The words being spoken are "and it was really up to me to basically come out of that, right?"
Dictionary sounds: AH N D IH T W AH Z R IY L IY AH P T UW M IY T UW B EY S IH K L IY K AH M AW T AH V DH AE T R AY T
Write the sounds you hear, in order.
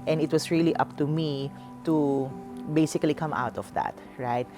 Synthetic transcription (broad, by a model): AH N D IH T W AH S R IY L IY AH P T UW M IY T UW B EY S IH K L IY K AH M AW T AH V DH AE T R AY T